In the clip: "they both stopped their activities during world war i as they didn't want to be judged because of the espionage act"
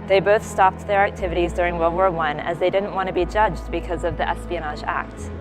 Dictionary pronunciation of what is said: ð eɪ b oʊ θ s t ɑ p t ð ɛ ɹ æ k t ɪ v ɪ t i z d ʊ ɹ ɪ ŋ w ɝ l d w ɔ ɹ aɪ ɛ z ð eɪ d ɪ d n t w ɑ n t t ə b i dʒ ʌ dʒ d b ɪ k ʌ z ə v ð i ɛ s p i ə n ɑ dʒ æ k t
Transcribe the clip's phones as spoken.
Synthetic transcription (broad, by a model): ð eɪ b oʊ θ s t ɑ p t ð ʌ ɹ æ k t ɪ v ɪ t i z d ʊ ɹ ɪ ŋ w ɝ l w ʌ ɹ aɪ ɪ z ð eɪ d ɪ d n t w ɑ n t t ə b i dʒ ʌ dʒ d b ɪ k ʌ z ə v ð i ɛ s p i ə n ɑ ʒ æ k t